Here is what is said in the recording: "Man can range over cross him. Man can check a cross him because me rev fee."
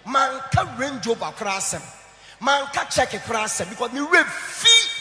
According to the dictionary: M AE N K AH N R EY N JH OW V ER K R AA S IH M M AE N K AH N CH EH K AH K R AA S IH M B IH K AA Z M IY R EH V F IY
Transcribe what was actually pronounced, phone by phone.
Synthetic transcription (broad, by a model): M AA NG K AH R EY N JH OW B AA K R AA S IH M M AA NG K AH CH EH K AH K R AA S IH M B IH K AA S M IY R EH F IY